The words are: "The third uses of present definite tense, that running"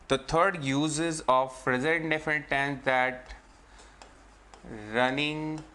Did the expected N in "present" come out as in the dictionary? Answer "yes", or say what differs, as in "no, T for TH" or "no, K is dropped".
no, N is dropped